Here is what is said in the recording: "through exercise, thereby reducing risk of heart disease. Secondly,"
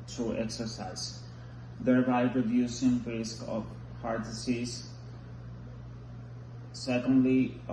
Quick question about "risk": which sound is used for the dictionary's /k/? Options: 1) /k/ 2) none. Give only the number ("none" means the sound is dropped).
1